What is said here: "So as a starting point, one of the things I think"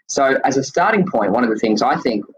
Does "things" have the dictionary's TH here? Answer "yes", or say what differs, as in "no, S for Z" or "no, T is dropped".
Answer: yes